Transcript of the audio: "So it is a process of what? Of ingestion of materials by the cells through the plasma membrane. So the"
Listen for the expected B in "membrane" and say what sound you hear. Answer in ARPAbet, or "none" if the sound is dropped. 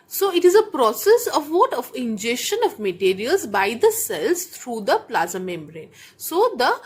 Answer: B